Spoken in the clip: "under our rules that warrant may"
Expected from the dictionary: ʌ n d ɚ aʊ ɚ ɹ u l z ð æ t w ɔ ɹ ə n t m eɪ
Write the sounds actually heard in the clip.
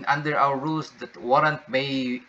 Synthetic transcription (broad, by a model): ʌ n d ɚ aʊ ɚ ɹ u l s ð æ t w ɔ ɹ ə n t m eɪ